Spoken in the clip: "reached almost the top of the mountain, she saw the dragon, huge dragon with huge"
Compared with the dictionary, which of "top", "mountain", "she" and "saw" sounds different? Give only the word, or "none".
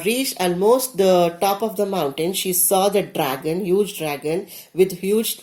none